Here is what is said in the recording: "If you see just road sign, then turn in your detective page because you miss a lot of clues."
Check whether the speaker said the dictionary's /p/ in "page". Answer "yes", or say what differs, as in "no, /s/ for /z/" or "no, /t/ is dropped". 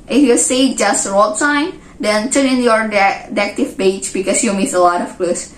no, /b/ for /p/